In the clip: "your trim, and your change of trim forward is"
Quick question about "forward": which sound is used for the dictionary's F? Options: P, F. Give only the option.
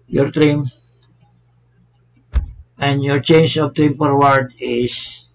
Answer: P